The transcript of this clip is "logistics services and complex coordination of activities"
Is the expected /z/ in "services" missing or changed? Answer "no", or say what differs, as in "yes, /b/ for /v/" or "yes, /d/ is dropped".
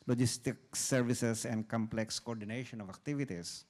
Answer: yes, /s/ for /z/